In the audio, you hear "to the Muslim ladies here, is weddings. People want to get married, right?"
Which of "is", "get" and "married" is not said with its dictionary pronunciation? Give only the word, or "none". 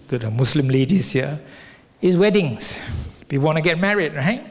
is